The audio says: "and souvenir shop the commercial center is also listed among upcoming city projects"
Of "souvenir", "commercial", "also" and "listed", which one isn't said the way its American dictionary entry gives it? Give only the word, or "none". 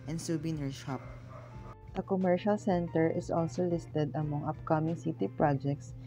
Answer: souvenir